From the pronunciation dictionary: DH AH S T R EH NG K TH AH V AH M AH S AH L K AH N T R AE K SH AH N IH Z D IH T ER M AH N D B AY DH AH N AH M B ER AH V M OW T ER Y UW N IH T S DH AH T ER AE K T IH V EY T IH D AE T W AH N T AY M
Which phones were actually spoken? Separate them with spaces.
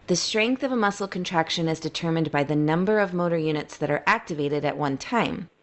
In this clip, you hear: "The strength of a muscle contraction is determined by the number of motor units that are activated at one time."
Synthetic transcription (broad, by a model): DH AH S T R EH NG K TH AH V AH M AH S L K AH N T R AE K SH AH N IH Z D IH T ER M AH N B AY DH AH N AH M B ER AH V M OW T ER Y UW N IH T S DH AH T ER AE K T IH V EY T IH D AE T W AH N T AY M